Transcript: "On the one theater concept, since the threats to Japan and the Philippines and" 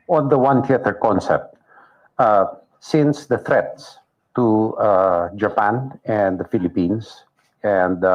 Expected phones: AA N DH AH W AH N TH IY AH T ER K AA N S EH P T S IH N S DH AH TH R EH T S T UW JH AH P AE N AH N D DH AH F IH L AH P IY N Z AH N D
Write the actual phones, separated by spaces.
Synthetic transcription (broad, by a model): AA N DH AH W AH N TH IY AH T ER K AA N S EH P T S IH N S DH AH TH R EH T S T UW JH AH P AE N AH N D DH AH F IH L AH P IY N S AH N D